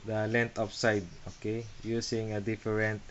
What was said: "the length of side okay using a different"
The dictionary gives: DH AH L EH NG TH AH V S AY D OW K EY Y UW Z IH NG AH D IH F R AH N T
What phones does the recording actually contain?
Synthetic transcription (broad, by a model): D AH L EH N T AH P S AY D OW K EY Y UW S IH NG AH D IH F R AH N T